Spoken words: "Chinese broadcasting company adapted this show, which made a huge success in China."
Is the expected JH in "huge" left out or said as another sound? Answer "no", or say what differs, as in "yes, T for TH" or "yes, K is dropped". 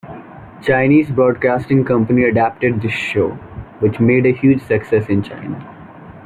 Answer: no